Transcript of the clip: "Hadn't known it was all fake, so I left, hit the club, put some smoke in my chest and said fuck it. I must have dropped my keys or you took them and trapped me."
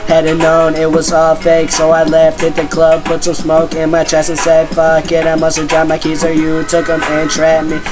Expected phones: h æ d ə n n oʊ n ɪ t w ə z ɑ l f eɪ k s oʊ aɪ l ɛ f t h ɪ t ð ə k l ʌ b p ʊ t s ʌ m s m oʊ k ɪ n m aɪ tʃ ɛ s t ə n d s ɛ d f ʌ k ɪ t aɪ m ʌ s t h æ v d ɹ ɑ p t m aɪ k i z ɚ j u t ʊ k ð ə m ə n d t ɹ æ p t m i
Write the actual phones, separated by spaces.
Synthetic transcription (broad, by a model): h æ d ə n n oʊ n ɪ t w ə z ɑ l f eɪ k s oʊ aɪ l ɛ f t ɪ t ð ə k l ʌ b p ʊ t s ʌ m s m oʊ k ɪ n m aɪ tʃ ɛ s ə n s ɛ d f ʌ k ɪ t aɪ m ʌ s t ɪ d ɹ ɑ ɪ m aɪ k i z ɚ j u t ʊ k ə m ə n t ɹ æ t m i